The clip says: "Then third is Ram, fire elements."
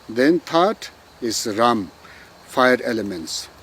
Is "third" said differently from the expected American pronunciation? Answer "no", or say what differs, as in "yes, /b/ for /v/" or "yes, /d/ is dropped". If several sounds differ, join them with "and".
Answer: yes, /t/ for /θ/